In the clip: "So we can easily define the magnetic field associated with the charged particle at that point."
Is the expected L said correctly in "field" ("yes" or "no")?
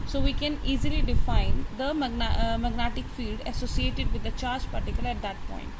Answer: yes